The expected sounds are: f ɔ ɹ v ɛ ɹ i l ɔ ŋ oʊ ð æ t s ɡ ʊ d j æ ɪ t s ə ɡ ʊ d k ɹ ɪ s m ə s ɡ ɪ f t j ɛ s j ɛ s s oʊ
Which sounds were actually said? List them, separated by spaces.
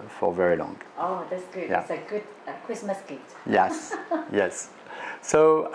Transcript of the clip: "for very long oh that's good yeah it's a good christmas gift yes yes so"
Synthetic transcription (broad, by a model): f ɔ ɹ v ɛ ɹ i l ɔ ŋ oʊ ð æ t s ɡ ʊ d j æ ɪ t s ə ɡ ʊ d k ɹ ɪ s m ə s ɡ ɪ t j ɛ s j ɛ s s oʊ